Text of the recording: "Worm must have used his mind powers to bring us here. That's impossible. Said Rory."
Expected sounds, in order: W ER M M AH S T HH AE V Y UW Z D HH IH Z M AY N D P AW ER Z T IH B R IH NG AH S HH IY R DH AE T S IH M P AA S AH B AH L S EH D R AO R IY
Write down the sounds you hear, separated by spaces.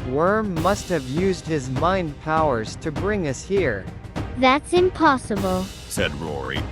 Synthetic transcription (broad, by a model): W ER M M AH S T HH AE V Y UW Z D HH IH Z M AY N D P AW ER Z T IH B R IH NG AH S HH IY R DH AE T S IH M P AA S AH B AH L S EH D R AO R IY